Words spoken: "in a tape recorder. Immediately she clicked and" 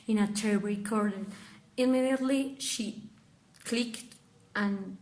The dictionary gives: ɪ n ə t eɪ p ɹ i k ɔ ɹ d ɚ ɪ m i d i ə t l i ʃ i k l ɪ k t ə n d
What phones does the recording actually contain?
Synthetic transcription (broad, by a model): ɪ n ə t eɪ b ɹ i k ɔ ɹ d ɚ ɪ m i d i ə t l i ʃ i k l ɪ k t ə n